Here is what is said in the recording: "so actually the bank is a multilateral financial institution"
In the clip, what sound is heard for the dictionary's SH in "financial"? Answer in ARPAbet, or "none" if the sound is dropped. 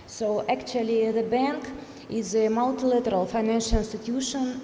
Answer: SH